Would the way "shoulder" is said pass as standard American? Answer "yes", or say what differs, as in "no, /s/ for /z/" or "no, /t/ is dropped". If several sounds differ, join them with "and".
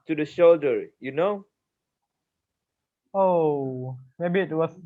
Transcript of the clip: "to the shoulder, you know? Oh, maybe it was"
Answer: yes